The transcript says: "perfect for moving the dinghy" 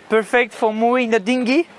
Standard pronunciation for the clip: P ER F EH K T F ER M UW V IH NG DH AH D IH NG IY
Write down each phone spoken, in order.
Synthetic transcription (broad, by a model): P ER F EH K T F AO M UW IH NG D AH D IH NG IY